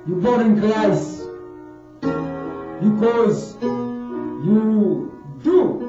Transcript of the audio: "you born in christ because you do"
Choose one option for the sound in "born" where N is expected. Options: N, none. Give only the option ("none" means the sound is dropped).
none